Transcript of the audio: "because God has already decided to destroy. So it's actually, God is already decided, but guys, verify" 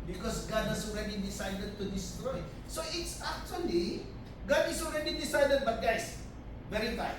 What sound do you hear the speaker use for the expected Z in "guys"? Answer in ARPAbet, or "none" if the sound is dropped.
S